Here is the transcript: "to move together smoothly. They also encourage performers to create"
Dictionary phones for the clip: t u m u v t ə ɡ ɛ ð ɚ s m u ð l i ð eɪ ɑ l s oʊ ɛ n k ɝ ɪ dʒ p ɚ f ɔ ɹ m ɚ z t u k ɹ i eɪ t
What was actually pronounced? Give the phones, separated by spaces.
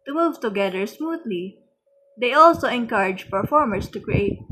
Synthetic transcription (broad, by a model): t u m u v t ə ɡ ɛ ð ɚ s m u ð l i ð eɪ ɑ l s oʊ ɛ n k ɝ ɪ dʒ p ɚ f ɔ ɹ m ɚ s t u k ɹ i eɪ t